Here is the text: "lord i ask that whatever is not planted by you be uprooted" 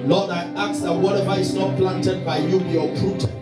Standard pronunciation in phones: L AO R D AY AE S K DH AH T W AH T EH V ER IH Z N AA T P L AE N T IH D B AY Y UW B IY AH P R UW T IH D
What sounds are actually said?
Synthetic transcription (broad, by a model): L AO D AY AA K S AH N W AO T EH V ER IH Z N AA T P L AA N T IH D B AY Y UW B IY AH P R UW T